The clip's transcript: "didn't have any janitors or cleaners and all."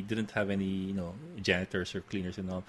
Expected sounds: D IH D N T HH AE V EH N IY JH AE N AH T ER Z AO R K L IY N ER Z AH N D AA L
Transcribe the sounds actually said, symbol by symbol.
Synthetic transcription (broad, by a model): D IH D N T HH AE V EH N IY JH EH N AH T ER S AO R K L IY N ER S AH N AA L